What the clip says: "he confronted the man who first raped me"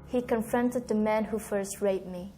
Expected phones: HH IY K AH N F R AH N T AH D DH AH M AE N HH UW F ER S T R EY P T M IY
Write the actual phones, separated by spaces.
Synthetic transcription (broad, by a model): HH IY K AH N F R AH N T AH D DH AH M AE N HH UW F ER S T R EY T M IY